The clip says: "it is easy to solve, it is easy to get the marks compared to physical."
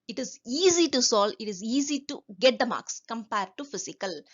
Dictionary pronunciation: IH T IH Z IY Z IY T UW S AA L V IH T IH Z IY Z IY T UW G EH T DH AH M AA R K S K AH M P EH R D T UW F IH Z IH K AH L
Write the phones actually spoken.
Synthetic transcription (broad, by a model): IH T IH Z IY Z IY T UW S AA L IH T IH Z IY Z IY T UW G EH T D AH M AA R K S K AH M P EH R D T UW F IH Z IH K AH L